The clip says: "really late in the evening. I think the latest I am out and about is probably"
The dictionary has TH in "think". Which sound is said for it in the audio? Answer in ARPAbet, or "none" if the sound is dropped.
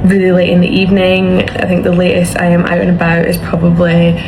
TH